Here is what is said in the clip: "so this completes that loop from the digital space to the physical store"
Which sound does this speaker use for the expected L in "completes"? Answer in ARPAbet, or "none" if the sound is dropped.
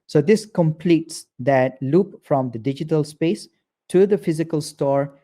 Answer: L